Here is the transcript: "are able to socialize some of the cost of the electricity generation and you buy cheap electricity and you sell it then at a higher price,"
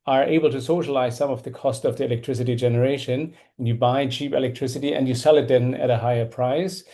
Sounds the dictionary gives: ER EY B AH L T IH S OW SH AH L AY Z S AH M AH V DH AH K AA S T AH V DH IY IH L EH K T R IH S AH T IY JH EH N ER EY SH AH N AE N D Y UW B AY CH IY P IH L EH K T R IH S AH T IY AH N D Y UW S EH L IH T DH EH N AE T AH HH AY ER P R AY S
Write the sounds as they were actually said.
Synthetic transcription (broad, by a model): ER EY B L T IH S OW SH AH L AY Z S AH M AH V DH AH K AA S T AH V DH IY IH L EH K T R IH S AH T IY JH EH N ER EY SH AH N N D Y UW B AY CH IY P IH L EH K T R IH S AH T IY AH N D Y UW S EH L IH T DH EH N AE T AH HH AY ER P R AY S